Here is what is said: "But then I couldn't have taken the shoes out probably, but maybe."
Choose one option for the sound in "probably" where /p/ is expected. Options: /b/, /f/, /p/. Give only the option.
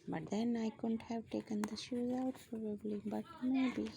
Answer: /f/